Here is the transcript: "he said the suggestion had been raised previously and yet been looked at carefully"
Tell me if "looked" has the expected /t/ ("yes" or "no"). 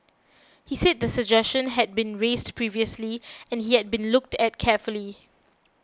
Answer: yes